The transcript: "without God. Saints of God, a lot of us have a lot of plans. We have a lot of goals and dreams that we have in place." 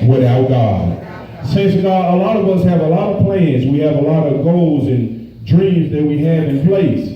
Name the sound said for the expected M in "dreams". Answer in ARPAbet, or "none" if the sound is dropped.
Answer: M